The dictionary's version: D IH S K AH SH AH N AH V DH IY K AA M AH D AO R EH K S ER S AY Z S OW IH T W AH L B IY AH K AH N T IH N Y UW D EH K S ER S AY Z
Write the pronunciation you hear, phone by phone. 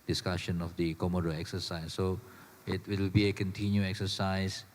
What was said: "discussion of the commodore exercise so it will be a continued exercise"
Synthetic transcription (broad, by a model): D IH S K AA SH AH N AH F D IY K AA M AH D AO EH K S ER S AY S OW IH T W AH W B IY AH K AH N T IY N Y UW EH K S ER S AY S